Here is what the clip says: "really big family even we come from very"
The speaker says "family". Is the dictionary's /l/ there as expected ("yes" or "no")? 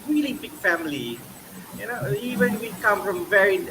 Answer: no